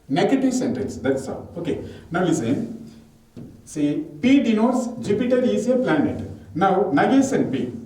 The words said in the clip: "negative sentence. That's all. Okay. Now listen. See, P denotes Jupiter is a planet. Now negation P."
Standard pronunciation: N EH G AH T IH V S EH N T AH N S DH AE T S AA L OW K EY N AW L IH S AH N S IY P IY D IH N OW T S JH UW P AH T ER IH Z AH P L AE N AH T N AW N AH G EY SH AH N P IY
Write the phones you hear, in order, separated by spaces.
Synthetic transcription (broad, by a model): N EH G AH T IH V S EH N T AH L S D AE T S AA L OW K EY N AW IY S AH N S IY P IY D IH N OW T S JH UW P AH T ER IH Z AH P L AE N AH T N AW N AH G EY S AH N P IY